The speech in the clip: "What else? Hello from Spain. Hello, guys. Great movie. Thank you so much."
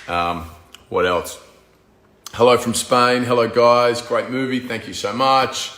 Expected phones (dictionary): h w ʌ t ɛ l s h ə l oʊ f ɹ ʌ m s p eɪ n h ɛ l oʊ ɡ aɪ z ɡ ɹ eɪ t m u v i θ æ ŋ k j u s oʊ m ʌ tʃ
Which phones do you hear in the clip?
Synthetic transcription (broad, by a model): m w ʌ t ɛ l s h ə l oʊ f ɹ ʌ m s p eɪ n h ɛ l oʊ ɡ aɪ z ɡ ɹ eɪ t m u v i θ æ ŋ k j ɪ s oʊ m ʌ tʃ